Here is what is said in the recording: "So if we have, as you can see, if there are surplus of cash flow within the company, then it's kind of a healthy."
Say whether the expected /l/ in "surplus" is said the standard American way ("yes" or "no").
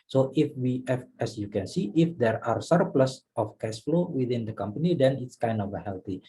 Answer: yes